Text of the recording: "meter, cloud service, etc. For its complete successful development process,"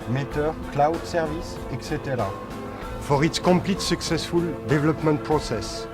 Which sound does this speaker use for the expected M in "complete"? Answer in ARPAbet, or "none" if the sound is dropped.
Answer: none